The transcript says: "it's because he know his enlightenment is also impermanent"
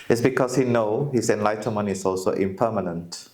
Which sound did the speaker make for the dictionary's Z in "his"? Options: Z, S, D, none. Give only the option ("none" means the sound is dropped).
S